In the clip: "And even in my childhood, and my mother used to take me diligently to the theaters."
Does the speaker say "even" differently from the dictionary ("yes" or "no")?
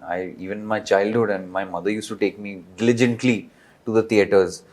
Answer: yes